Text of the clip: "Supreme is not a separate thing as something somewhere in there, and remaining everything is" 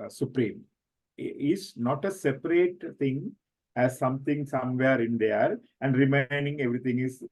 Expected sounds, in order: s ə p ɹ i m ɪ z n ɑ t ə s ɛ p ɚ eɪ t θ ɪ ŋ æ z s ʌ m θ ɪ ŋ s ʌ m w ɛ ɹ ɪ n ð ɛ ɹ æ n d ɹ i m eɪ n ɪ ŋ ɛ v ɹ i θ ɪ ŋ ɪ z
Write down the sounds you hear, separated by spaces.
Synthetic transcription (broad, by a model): s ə p ɹ i m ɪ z n ɑ t ə s ɛ p ɚ eɪ t t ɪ ŋ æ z s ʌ m t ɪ ŋ s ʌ m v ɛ ɹ ɪ n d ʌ ɹ æ n d ɹ i m eɪ n ɪ ŋ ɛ v ɹ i t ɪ ŋ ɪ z